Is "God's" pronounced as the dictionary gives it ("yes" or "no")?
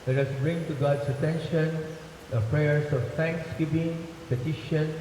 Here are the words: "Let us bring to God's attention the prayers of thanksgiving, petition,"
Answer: no